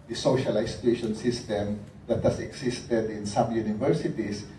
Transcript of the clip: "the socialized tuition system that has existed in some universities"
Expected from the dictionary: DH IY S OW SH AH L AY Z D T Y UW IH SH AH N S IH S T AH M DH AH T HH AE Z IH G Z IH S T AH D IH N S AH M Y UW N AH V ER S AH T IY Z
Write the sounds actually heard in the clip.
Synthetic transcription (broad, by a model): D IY S OW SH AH L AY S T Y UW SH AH N S IH S T AH M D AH T HH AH S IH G S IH S T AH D IH N S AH M Y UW N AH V ER S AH T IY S